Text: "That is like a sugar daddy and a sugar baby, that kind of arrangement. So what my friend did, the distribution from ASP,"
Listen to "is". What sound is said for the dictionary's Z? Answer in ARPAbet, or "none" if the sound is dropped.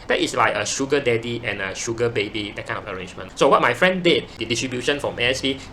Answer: S